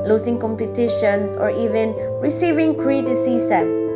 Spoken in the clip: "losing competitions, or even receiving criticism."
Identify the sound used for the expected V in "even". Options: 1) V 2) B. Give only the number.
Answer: 1